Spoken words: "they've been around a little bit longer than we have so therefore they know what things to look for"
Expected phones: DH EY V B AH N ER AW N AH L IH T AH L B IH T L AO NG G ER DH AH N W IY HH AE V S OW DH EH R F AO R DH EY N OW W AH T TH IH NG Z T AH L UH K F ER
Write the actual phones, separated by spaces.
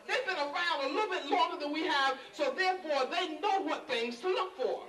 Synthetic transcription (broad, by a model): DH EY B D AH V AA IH L AH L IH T L B IH T L AO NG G ER DH AH N W IY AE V S OW DH EH R F AO R DH EY N OW W AH T TH IH NG Z T AH L UH K F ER